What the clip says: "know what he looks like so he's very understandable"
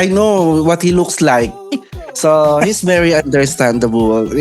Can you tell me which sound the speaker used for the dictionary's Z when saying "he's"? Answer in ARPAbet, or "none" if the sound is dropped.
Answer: S